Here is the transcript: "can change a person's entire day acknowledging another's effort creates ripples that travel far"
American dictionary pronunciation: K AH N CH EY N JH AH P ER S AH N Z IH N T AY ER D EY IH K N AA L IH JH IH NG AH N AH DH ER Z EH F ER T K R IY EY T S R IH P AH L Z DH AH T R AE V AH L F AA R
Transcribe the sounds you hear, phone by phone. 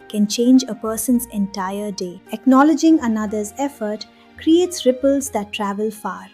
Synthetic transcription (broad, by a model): K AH N CH EY N JH AH P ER S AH N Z IH N T AY ER D EY IH K N AA L IH JH IH NG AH N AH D ER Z EH F ER T K R IY EY T S R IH P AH L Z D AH T R AE V AH L F AA R